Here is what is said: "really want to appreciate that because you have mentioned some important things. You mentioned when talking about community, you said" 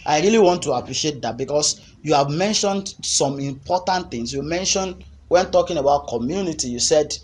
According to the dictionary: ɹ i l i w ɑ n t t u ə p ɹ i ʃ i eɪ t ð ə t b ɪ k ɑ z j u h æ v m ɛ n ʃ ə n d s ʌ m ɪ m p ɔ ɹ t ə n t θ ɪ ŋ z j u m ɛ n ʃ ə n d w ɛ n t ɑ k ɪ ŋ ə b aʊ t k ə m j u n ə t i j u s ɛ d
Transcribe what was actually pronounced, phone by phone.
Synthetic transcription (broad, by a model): ɹ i l i w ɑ n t t u ə p ɹ i ʃ i eɪ t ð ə t b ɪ k ɑ s j u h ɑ v m ɛ n ʃ ə n d s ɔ m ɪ m p ɔ t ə n t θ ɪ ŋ s j u m ɛ n ʃ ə n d w ɛ n t ɑ k ɪ ŋ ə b aʊ t k ə m j u n ə t i j u s ɛ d